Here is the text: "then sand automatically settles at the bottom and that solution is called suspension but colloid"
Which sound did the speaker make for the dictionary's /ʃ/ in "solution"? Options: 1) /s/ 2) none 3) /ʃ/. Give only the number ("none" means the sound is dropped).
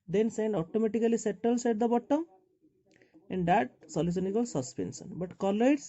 1